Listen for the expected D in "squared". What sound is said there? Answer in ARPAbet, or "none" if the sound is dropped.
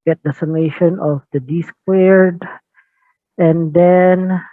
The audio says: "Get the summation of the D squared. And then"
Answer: D